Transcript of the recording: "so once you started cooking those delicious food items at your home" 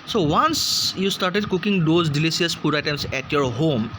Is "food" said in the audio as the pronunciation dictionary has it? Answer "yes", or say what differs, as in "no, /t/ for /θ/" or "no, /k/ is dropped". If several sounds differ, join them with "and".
no, /p/ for /f/